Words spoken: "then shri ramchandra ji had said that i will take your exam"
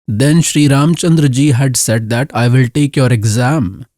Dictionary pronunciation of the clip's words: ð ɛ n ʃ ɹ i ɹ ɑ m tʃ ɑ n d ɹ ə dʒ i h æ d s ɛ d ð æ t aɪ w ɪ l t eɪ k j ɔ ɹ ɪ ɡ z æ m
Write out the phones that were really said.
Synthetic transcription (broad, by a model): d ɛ n ʃ ɹ i ɹ ɑ m tʃ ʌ n d ɹ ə dʒ i h æ d s ɛ d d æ t aɪ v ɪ l t eɪ k j ɔ ɹ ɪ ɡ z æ m